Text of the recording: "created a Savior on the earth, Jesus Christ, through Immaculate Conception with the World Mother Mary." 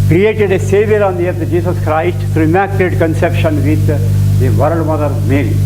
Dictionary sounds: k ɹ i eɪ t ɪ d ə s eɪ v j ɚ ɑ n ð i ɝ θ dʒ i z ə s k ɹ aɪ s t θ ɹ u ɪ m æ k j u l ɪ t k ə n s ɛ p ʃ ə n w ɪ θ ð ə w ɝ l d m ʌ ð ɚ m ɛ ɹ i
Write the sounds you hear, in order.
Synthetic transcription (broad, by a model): k ɹ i eɪ t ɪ d ə s eɪ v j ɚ ɑ n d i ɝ t dʒ i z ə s k ɹ aɪ s t t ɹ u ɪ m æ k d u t k ə n s ɛ p ʃ ə n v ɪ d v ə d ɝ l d m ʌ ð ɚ m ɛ ɹ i